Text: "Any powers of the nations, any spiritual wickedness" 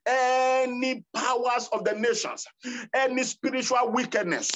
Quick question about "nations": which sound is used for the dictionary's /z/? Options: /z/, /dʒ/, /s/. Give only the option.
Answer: /s/